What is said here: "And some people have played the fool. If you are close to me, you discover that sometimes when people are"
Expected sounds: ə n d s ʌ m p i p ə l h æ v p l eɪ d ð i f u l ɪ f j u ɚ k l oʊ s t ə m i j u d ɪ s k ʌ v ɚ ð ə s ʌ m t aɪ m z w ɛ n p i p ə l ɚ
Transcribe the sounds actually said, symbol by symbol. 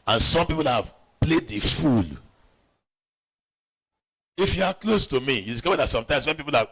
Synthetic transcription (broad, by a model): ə n s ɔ m p i p ə l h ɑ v p l eɪ d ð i f u l ɪ f j u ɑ k l oʊ s t ə m i j u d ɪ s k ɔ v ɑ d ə s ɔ m t aɪ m s w ɛ n p i p ə l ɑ